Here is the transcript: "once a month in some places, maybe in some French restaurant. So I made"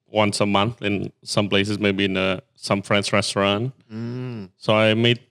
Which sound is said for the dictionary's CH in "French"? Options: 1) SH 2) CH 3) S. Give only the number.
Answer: 3